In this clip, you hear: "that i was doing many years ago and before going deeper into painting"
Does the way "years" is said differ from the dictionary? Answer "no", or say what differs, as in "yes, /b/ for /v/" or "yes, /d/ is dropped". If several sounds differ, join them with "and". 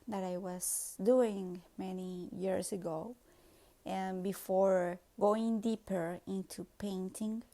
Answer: yes, /s/ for /z/